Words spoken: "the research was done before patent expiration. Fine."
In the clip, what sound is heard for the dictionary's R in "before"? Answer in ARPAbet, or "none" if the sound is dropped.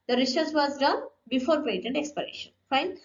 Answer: R